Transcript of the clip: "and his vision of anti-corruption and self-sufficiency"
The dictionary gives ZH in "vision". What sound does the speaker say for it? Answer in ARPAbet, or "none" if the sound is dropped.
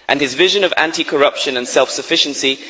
ZH